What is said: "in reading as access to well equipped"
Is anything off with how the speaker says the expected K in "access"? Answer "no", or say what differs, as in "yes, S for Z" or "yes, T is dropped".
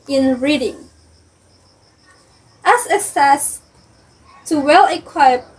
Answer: yes, K is dropped